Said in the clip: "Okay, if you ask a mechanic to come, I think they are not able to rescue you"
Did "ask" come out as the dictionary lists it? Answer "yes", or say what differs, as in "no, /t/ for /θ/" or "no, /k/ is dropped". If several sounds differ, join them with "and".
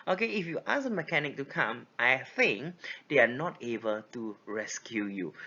no, /k/ is dropped